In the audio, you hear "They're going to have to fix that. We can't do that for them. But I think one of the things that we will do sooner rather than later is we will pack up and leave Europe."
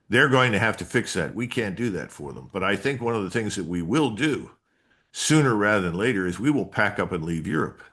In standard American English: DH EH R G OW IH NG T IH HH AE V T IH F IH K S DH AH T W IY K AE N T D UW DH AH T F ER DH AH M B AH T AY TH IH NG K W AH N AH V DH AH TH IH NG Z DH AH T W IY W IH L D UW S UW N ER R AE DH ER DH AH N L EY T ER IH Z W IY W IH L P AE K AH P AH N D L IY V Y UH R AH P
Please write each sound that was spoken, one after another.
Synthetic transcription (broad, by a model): DH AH R G OW IH NG T IH HH AE F T IH F IH K S DH AH T W IY K AE N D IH DH AH T F ER DH AH M B AH T AY TH IH NG K W AH N AH V DH AH TH IH NG Z DH AH T W IY W IH L D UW S UW N ER R AE DH ER DH AH N L EY T ER IH Z W IY W IH L P AE K AH P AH N L IY V Y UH R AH P